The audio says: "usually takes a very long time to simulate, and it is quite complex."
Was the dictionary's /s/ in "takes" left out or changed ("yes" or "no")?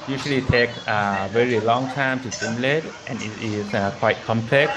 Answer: yes